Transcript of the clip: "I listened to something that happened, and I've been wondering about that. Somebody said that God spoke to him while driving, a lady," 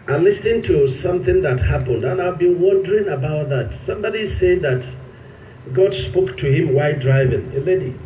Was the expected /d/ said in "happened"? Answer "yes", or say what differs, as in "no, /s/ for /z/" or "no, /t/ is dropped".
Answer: yes